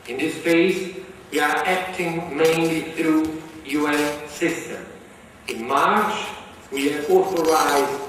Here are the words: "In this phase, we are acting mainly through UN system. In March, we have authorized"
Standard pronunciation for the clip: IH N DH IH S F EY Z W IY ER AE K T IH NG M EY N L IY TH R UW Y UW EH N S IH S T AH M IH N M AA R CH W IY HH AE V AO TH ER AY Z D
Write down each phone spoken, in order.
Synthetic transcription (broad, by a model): IH N DH IH S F EY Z W IY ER AE K T IH NG M EY N L IY TH R UW Y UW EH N S IH S T AH M IH N M AA R CH W IY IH AO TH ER AY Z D